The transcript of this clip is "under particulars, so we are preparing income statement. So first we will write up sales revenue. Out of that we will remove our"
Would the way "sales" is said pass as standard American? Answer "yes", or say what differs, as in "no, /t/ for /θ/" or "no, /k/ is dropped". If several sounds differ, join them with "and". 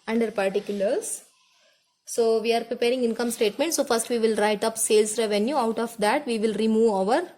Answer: no, /s/ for /z/